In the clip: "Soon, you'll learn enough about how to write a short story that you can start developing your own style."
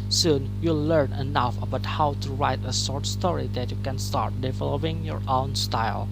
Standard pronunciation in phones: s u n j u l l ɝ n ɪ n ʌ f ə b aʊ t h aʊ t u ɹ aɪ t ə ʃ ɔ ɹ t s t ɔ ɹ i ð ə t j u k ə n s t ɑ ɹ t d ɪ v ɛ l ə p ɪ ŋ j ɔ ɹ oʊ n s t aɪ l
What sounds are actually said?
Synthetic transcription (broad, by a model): s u n j u l l ɝ n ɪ n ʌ f ə b aʊ t h aʊ t u ɹ aɪ t ə s ɔ ɹ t s t ɔ ɹ i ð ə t j u k ə n s t ɑ ɹ t d ɪ v ɛ l ə p ɪ ŋ j ɔ ɹ oʊ n s t aɪ l